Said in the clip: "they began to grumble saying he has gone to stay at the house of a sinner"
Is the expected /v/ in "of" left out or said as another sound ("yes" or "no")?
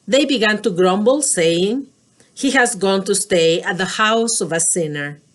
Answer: no